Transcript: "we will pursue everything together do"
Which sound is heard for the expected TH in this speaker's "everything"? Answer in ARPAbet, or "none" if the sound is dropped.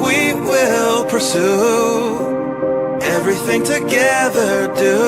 TH